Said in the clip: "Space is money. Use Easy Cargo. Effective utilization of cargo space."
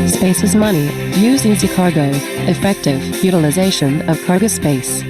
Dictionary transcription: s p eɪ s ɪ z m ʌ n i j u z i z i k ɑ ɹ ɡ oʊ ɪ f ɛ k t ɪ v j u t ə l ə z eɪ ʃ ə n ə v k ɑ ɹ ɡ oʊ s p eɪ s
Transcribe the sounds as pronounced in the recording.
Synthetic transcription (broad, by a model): s p eɪ s ɪ z m ʌ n i j u z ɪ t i k ɑ ɹ ɡ oʊ ɪ f ɛ k t ɪ v j u t ə l ə z eɪ ʃ ə n ə v k ɑ ɹ ɡ oʊ s p eɪ s